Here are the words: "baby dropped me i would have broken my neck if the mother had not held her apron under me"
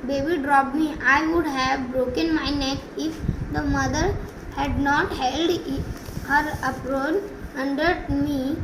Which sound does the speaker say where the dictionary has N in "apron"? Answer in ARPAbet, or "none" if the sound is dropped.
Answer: L